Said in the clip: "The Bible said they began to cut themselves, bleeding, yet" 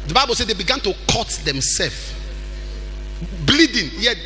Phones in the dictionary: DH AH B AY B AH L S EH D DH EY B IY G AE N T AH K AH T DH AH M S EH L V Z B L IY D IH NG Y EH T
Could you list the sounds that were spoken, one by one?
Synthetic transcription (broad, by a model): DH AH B AY B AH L S EH D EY B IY G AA N T AH K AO T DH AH M S EH L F B L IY D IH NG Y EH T